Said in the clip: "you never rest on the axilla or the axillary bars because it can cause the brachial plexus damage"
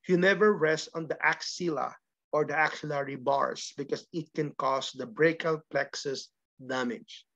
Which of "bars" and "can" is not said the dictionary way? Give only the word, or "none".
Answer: bars